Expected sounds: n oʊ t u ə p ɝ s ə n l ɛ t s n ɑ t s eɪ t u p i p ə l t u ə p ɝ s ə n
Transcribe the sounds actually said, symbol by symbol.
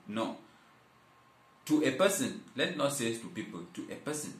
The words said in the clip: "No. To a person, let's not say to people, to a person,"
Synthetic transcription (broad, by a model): n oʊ t u ə p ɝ s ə n l ɛ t n ɑ t s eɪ t u p i p ə l t u ə p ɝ s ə n